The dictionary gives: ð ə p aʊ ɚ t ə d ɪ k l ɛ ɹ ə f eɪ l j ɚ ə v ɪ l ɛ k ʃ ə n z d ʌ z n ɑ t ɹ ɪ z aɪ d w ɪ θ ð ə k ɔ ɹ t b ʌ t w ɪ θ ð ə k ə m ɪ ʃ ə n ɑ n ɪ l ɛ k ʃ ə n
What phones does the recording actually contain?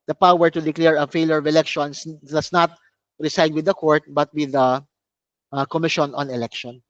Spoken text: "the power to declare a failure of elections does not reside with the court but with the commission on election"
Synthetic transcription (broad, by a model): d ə p aʊ ɚ t ə d ɪ k l ɛ ɹ ə f eɪ l j ɚ ə v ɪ l ɛ k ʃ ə n s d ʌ s n ɑ t ɹ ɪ s aɪ d w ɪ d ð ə k ɔ ɹ t b ʌ t w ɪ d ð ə k ə m ɪ ʃ ə n ɑ n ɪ l ɛ k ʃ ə n